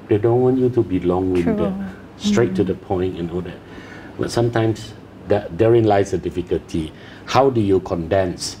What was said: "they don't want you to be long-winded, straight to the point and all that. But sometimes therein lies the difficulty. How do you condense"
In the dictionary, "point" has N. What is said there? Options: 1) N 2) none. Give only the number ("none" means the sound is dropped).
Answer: 1